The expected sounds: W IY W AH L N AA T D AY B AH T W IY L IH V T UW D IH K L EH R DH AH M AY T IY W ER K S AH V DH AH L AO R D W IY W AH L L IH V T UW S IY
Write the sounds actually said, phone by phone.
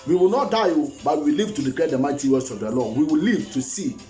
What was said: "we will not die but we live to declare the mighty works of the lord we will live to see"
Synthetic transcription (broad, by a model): W IY W AH L N AA T D AY B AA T W IY L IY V T UW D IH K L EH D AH M AY T IY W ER S AH V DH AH L AO W IY W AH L L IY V T UW S IY